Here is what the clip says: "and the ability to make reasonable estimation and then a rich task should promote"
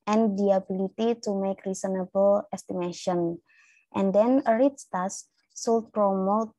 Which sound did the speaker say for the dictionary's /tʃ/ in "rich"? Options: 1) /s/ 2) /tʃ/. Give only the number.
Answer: 1